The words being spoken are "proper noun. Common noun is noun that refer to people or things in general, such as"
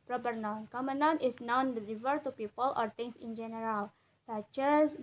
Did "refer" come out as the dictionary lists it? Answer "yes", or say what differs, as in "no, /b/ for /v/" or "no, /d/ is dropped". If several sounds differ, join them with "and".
no, /l/ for /ɹ/